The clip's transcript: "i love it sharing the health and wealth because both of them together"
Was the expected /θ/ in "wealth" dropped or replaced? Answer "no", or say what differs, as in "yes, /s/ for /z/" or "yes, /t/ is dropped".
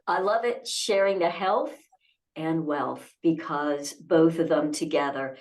no